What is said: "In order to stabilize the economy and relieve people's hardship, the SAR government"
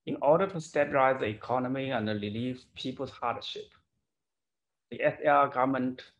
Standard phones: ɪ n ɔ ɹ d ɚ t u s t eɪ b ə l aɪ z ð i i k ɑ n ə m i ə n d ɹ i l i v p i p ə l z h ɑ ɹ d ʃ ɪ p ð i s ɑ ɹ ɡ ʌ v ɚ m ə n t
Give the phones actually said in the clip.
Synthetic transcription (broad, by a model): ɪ n ɔ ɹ d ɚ t u s t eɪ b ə l aɪ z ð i i k ɑ n ə m i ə n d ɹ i l i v p i p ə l s h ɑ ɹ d ʃ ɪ p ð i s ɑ ɡ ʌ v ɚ m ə n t